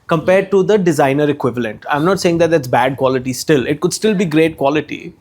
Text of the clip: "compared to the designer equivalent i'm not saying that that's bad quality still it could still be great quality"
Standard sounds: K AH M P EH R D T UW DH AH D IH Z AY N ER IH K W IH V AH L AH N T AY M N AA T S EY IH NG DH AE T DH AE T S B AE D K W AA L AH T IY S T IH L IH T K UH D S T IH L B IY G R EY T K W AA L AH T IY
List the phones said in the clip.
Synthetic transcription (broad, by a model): K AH M P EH R D T UW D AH D IH Z AY N ER IH K W IH V AH L AH N T AY M N AA T S EY IH NG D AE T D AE T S B AE D K W AA L AH T IY S T IH L IH T K UH D S T IH L B IY G R EY T K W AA L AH T IY